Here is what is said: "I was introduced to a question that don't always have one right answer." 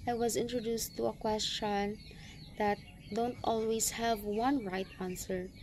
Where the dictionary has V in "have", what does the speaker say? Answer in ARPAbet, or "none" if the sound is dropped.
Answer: V